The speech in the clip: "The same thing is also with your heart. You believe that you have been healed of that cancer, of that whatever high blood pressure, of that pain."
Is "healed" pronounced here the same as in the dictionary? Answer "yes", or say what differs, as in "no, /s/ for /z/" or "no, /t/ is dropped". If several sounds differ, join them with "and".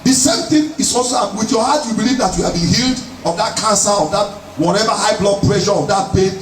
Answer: yes